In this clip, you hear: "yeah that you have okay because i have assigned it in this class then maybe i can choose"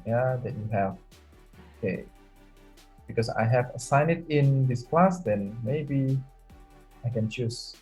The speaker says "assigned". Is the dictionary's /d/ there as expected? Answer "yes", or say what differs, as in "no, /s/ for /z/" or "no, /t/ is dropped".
no, /d/ is dropped